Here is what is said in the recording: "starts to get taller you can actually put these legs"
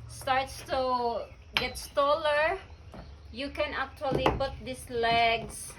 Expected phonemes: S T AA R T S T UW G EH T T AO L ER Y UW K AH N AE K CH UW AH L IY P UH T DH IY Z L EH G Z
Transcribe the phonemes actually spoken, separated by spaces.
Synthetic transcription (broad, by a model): S T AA R T S T UW G EH T T AO L ER Y UW K AH N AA K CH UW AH L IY P UH T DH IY S L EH G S